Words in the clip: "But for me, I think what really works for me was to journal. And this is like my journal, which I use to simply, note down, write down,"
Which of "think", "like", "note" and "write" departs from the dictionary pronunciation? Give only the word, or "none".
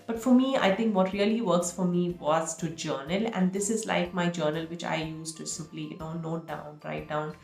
think